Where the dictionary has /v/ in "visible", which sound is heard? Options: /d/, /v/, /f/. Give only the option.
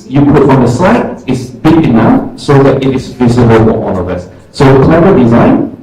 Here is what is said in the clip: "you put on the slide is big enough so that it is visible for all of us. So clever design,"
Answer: /v/